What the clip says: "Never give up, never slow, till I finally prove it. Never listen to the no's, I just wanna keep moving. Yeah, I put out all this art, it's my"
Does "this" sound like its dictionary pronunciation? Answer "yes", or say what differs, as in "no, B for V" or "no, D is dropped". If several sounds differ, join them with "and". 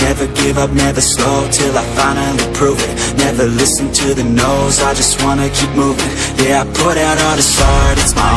yes